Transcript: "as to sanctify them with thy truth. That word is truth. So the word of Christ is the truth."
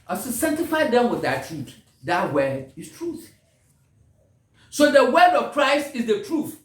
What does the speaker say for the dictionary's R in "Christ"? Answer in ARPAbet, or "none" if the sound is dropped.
R